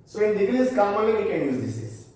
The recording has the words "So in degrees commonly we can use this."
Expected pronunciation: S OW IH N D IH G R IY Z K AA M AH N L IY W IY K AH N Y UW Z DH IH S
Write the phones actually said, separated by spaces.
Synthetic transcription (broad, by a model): S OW IH N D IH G L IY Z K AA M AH L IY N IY K AH N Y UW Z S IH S